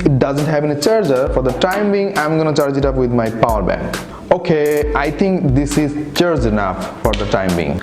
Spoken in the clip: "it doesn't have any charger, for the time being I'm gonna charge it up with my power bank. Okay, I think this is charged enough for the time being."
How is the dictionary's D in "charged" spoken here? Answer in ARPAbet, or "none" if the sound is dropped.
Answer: none